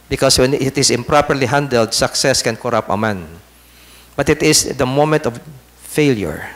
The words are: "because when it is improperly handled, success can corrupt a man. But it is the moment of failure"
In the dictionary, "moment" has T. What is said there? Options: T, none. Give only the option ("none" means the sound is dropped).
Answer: T